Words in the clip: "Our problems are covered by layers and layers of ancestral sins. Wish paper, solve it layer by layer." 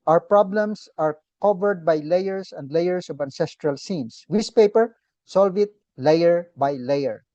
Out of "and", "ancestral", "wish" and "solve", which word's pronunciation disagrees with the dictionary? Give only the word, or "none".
wish